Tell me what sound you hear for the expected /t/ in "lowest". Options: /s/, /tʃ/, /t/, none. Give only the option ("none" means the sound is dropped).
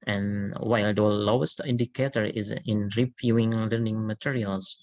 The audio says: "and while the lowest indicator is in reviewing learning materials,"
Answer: /t/